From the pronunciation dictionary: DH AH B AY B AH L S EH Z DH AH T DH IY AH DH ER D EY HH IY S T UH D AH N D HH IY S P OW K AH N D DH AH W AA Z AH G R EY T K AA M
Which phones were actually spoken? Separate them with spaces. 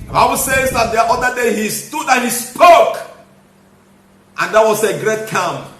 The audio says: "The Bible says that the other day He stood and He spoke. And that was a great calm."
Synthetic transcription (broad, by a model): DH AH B AY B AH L S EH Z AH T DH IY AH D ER D EY HH IY S T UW D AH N HH IY S P OW K AH N D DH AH W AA S AH G R EY T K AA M